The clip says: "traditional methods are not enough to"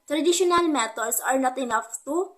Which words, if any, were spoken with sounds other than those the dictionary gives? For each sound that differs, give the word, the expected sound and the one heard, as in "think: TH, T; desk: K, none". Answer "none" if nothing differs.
methods: TH, T; methods: Z, S